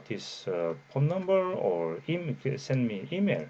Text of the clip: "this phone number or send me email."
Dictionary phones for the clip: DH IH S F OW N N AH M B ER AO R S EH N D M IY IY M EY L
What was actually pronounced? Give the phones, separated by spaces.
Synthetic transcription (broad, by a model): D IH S P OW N N AH M B ER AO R S EH N D M IY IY M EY L